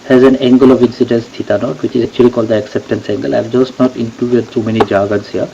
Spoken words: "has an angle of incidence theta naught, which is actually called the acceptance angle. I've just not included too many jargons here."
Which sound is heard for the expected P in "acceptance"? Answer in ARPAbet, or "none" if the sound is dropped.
P